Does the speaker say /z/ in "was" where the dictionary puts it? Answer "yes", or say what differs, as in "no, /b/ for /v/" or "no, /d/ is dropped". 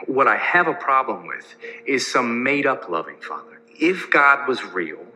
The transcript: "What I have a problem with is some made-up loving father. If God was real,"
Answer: yes